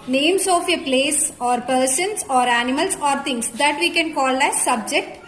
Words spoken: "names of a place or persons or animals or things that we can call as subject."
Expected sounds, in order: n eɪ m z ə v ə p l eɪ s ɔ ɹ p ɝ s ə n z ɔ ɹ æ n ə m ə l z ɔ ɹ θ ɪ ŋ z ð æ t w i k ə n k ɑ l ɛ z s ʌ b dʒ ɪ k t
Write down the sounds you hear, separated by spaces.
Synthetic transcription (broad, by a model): n eɪ m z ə f ə p l eɪ s ɔ ɹ p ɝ s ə n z ɔ ɹ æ n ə m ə l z ɔ ɹ t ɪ ŋ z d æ t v i k ə n k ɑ l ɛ s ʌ b dʒ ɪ k t